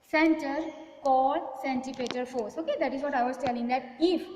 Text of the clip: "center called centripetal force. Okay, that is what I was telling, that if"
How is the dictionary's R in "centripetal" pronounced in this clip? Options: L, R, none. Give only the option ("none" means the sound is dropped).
none